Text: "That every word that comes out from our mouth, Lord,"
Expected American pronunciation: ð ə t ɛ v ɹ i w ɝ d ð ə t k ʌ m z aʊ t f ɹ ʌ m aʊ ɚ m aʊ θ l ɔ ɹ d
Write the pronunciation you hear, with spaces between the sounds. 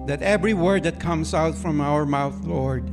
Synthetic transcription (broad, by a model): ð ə t ɛ v ɹ i w ɝ d ð ə t k ʌ m z aʊ t f ɹ ʌ m aʊ ɚ m aʊ θ l ɔ ɹ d